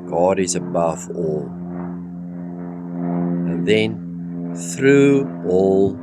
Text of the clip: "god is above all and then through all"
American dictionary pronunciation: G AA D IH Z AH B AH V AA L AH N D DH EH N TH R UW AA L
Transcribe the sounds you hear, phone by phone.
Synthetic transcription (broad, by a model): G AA D IH Z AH B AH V AA L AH N DH EH N TH R UW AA L